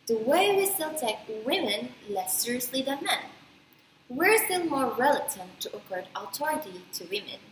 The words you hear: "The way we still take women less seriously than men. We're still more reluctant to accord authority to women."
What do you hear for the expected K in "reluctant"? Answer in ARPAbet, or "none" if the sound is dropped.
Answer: none